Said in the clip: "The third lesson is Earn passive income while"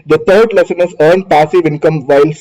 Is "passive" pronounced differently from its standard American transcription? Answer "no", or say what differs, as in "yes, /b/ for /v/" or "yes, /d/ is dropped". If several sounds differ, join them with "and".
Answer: no